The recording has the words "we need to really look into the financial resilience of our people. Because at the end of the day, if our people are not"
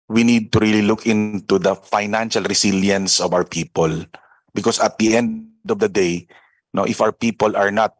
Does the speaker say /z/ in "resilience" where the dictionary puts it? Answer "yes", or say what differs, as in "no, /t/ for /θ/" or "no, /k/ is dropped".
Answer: no, /s/ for /z/